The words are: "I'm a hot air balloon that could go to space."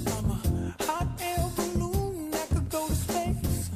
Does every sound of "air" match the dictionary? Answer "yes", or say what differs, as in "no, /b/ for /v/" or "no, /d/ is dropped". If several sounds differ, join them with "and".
no, /l/ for /ɹ/